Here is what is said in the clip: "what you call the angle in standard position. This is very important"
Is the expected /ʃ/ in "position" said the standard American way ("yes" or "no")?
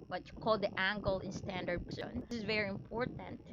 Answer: no